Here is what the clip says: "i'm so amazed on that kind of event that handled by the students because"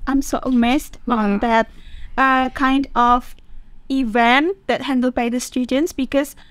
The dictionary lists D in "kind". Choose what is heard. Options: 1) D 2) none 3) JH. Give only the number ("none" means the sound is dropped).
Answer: 1